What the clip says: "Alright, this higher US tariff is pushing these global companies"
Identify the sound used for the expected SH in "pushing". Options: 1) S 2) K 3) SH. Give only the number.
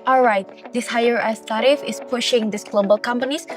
3